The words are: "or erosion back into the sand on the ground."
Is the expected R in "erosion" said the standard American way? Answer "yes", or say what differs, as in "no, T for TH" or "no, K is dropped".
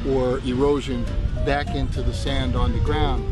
yes